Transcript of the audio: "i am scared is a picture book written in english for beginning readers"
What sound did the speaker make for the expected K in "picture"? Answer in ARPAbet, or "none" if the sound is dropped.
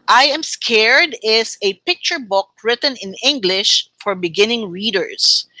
K